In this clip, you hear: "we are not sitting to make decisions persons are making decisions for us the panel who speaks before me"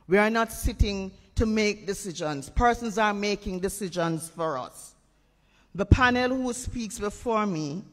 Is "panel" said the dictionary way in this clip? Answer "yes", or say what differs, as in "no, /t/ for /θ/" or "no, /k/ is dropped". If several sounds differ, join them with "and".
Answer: yes